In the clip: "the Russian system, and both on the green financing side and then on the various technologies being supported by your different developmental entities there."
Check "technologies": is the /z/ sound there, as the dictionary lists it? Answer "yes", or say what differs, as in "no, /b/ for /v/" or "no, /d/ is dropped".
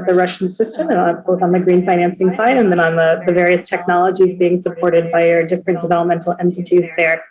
yes